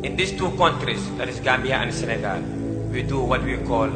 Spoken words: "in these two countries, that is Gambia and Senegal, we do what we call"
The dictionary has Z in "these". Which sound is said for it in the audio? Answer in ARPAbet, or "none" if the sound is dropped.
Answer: S